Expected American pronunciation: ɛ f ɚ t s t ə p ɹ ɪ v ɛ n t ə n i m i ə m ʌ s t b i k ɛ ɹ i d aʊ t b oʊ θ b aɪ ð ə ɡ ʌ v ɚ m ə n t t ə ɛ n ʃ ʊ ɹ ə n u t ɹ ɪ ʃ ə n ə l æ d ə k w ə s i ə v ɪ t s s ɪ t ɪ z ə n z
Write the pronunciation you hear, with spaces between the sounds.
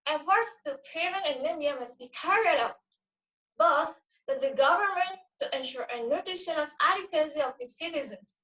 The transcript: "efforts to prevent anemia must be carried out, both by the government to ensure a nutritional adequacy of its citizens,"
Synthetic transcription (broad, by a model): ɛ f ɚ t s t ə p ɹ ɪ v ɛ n ə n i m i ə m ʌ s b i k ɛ ɹ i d aʊ t b oʊ θ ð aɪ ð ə ɡ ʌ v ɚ m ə n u t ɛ n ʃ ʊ ɹ ə n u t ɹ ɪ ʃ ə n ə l æ d ə k w ə s i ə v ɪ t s s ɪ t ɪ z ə n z